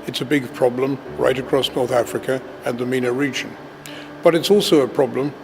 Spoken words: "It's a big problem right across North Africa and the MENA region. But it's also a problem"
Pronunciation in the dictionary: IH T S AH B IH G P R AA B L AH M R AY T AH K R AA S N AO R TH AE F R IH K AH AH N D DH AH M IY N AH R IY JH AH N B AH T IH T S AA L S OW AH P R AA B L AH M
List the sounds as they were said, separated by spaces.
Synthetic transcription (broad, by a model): IH T S AH B IH G P R AA B L AH M R AY T AH K R AA S N AO R TH AE F R IH K AH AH N DH AH M IY N AH R IY JH AH N B AH T IH T S AA L S OW AH P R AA B L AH M